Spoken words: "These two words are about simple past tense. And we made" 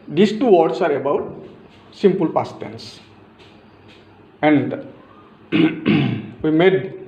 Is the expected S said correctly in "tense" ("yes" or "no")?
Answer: yes